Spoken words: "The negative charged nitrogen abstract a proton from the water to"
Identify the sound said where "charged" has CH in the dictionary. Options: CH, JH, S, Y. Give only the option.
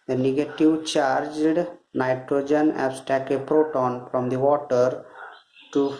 CH